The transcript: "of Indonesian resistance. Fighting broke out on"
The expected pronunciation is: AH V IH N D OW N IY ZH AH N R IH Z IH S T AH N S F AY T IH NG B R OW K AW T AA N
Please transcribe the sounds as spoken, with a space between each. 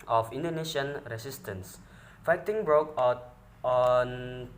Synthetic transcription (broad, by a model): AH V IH N D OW N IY SH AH N R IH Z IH S T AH N S F AY T IH NG B R OW K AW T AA N